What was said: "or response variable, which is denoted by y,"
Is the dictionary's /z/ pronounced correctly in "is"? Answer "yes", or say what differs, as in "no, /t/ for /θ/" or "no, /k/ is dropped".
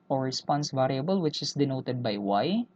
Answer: no, /s/ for /z/